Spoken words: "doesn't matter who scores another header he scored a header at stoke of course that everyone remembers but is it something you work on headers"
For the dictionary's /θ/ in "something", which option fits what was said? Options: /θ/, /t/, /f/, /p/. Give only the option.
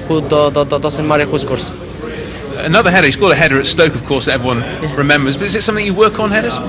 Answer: /θ/